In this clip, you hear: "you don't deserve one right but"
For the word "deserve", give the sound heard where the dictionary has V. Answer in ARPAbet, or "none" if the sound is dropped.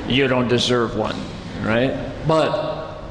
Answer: V